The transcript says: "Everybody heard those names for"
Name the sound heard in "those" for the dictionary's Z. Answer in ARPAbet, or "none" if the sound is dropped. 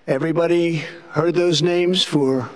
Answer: Z